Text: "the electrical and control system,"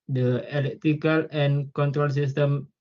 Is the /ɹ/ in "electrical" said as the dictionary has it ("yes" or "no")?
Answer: no